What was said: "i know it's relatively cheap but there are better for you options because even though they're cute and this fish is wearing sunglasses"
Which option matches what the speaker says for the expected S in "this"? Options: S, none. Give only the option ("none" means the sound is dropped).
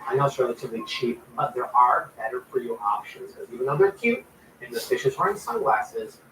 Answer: none